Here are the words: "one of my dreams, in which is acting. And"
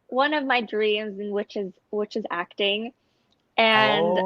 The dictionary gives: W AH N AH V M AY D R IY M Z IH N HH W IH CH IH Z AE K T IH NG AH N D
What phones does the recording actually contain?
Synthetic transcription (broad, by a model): W AH N AH V M AY D R IY M Z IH N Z W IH CH IH Z AE K T IH NG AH N